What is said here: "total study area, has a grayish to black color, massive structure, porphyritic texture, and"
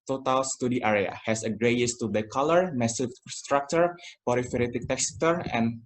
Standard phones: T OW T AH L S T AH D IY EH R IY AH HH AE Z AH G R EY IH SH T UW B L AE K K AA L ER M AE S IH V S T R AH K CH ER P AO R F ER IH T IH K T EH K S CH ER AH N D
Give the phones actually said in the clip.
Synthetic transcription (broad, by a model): T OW T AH L S T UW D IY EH R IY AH HH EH S AH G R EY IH S T UW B EH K K AA L ER M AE S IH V S T R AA K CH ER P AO R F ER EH T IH K T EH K S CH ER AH N